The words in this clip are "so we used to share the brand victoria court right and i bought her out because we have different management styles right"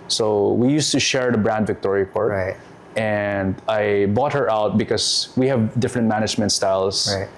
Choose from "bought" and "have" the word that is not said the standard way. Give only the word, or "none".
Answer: none